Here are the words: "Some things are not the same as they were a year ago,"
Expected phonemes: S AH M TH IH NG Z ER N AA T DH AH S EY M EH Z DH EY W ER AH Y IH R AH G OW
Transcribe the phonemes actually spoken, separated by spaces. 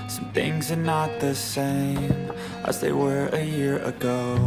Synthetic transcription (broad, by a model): S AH M TH IH NG Z ER N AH T DH AH S EY M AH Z DH EY W ER AH Y IH R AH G OW